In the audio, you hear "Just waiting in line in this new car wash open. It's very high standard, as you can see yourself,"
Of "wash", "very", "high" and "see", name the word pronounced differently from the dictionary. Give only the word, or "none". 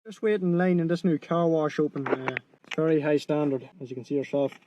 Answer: none